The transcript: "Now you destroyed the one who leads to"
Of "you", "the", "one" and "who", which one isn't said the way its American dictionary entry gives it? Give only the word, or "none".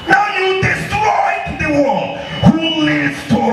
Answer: one